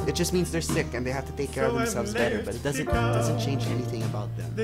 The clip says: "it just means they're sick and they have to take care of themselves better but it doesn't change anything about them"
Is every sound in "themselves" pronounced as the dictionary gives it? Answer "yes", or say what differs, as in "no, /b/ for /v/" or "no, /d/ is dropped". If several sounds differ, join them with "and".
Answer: yes